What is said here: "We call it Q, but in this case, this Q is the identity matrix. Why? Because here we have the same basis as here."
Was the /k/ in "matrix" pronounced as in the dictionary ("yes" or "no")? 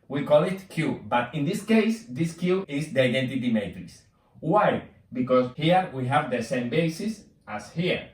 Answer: no